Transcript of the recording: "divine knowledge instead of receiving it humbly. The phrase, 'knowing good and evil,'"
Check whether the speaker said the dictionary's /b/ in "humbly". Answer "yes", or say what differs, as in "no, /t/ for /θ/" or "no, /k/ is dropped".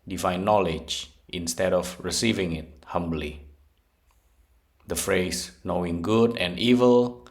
yes